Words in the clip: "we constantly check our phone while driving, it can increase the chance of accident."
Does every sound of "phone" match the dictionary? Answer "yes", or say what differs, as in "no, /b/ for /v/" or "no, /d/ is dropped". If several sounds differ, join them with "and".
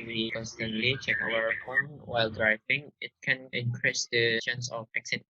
no, /p/ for /f/